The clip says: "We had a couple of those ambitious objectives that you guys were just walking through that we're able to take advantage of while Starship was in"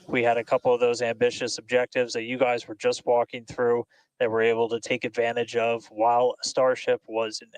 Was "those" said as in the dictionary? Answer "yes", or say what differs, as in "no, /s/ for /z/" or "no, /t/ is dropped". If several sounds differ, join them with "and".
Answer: yes